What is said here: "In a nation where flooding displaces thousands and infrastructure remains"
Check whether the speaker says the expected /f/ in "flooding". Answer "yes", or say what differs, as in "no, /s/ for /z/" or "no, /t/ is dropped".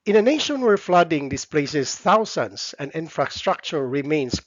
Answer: yes